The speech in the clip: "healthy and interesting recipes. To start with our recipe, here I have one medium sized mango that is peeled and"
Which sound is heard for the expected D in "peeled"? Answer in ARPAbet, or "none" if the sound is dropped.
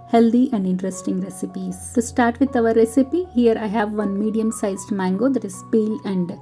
none